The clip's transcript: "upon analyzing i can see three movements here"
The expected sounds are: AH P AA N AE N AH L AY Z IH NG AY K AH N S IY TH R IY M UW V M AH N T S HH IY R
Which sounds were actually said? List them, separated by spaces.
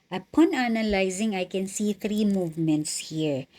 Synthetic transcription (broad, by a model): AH P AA N AE N AH L AY Z IH NG AY K AH N S IY T R IY M UW V M AH N T S HH IY R